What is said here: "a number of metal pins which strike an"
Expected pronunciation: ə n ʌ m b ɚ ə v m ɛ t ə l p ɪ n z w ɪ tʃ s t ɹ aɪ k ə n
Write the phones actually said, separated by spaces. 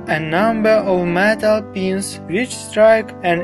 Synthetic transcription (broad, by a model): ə n ʌ m b ɚ ə v m ɛ t ə l p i n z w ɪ tʃ s t ɹ aɪ k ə n